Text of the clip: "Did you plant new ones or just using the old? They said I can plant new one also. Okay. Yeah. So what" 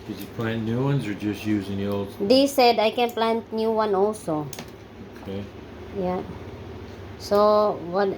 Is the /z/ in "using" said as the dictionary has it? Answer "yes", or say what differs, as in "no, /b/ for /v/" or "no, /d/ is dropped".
yes